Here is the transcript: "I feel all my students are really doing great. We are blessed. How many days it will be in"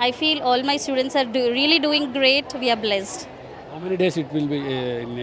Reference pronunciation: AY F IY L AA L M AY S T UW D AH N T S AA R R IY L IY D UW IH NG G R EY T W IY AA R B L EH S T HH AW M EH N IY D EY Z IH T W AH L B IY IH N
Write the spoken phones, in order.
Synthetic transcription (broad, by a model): AY F IY L AA L M AY S T UW D AH N T S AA R R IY L IY D UW IH NG G R EY T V IY AA R B L EH S T HH AW M EH N IY D EY S IH T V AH L B IY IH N